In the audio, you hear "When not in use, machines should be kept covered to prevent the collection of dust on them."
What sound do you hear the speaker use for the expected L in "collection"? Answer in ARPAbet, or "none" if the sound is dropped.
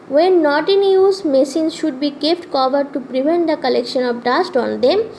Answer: L